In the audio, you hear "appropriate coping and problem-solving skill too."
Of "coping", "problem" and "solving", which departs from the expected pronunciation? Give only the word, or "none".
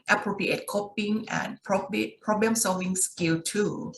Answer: none